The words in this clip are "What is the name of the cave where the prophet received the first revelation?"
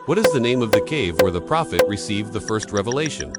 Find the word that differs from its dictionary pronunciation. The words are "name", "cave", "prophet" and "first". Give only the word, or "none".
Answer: none